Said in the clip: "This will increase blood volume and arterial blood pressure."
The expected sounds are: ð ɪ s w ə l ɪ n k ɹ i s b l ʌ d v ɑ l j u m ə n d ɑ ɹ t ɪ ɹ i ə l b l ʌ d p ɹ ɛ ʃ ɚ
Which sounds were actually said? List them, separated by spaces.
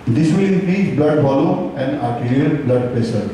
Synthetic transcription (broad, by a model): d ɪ s w ə l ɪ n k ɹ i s b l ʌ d f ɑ l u ə n d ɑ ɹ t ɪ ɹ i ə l b l ʌ d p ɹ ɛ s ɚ